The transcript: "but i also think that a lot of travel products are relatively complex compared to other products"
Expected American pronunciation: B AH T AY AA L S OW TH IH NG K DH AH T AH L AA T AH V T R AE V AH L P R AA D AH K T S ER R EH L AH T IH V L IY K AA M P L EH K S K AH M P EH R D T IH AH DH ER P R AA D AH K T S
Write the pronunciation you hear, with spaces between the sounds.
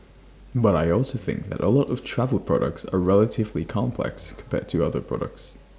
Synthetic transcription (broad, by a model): B AH T AY AA L S OW TH IH NG K DH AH T AH L AA T AH V T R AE V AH L P R AA D AH K T S ER R EH L AH T IH V L IY K AA M P L EH K S K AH M P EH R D T IH AH DH ER P R AA D AH K T S